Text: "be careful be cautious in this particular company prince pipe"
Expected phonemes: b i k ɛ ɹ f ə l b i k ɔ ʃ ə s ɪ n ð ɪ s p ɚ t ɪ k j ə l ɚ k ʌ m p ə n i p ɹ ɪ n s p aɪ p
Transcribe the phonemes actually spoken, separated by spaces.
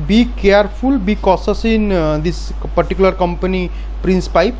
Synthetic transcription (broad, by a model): b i k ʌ ɹ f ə l b i k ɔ s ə s ɪ n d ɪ s p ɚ t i k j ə l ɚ k ʌ m p ə n i p ɹ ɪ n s p aɪ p